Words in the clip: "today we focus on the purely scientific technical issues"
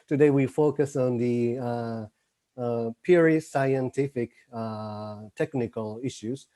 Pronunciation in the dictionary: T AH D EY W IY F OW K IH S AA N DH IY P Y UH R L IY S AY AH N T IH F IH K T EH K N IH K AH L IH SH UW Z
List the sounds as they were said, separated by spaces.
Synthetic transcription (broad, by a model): T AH D EY W IY F OW K IH S AA N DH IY P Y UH R IY S AY AH N T IH F IH K T EH K N IH K AH L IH SH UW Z